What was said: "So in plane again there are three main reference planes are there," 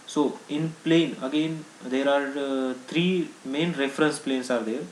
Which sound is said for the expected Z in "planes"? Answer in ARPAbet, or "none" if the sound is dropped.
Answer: S